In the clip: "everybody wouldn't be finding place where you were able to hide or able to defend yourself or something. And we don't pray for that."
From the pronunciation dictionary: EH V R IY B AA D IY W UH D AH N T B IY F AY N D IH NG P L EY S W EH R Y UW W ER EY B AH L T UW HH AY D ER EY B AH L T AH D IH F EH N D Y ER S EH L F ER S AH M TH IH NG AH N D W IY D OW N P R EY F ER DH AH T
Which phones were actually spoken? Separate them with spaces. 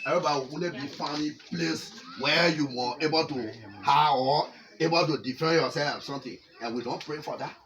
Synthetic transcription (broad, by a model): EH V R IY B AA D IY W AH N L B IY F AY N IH P L EY S W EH Y UW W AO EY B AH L T UW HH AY AO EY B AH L T AH D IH F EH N Y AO S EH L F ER S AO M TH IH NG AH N W IY D OW N P R EY F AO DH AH T